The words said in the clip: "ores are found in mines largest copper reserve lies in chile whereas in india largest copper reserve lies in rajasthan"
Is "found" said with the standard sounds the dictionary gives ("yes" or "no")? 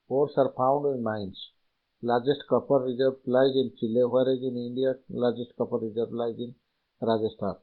no